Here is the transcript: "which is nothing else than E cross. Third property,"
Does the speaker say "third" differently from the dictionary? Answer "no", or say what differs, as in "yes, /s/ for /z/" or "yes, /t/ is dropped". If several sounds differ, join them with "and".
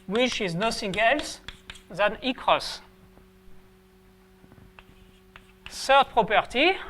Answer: yes, /s/ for /θ/